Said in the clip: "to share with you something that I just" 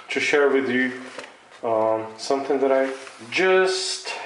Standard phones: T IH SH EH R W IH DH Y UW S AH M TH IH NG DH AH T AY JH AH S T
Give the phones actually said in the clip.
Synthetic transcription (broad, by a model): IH SH EH R W IH DH Y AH S AH M TH IH NG DH AH T AY JH AH S T